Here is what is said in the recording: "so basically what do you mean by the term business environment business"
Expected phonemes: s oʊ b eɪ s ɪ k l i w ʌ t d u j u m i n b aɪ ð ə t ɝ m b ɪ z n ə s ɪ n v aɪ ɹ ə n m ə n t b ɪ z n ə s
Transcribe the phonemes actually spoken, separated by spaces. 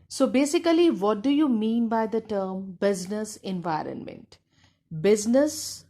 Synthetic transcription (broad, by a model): s oʊ b eɪ s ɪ k l i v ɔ t d u j u m i n b aɪ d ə t ɝ m b ɪ z n ə s ɪ n v aɪ ɹ ə n m ə n t b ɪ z n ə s